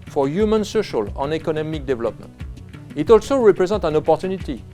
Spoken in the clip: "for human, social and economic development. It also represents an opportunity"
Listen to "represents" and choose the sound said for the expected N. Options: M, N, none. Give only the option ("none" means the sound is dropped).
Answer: none